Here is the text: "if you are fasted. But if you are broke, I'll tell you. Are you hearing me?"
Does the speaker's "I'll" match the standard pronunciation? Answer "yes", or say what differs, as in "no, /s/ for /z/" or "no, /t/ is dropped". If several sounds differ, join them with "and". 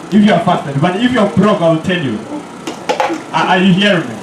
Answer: yes